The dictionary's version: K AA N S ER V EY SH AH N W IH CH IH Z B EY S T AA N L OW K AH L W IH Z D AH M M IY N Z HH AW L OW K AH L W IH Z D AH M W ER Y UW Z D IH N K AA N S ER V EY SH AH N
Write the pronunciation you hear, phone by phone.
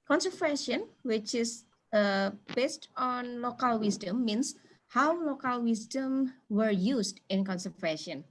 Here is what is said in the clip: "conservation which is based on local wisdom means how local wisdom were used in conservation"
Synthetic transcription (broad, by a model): K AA N S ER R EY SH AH N W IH CH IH S B EY S T AA N L OW K AH L W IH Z D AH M M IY N S HH AW L OW K AH L W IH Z D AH M W ER Y UW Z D IH N K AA N S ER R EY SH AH N